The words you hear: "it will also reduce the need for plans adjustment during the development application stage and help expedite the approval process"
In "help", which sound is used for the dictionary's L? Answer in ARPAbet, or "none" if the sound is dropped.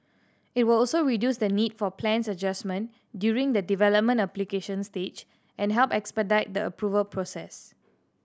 L